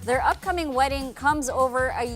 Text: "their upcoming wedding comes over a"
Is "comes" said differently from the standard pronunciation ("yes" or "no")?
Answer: no